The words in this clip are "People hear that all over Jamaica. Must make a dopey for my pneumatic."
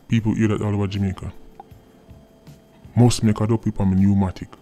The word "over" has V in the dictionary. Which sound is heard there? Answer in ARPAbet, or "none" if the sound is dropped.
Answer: none